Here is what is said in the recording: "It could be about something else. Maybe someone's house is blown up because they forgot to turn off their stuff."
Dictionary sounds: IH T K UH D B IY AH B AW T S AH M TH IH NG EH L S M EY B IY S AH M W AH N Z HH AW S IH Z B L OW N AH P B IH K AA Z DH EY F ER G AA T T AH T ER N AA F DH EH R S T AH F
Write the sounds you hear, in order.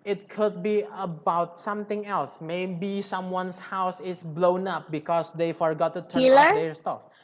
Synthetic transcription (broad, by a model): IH T K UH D B IY AH B AW T S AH M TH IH NG EH L S M EY B IY S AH M W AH N S HH AW S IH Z B L OW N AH P B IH K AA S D EY F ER G AA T T AH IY L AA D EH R S T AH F